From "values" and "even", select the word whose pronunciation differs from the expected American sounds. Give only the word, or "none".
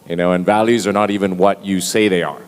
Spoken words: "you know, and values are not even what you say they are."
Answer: none